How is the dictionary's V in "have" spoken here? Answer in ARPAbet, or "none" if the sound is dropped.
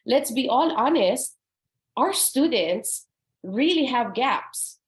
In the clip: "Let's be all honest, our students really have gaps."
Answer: V